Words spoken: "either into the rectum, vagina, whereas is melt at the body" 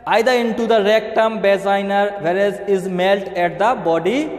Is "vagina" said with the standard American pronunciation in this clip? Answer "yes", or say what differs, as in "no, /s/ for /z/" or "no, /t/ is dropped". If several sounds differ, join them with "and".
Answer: no, /b/ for /v/